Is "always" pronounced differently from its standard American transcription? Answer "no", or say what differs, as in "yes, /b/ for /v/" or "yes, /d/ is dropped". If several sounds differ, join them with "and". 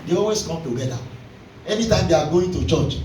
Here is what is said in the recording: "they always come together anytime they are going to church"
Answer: yes, /l/ is dropped